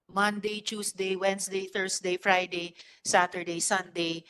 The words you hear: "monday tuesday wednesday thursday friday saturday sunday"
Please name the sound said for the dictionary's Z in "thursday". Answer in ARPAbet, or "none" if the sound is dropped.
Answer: S